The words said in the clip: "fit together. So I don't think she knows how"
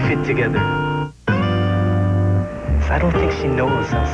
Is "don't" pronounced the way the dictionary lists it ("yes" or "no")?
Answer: no